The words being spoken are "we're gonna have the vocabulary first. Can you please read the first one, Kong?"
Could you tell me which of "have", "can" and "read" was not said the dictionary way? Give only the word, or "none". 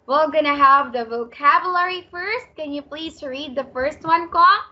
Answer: none